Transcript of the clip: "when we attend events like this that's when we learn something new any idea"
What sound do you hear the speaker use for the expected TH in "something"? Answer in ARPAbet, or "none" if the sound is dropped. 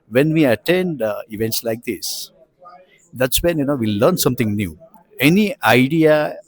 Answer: T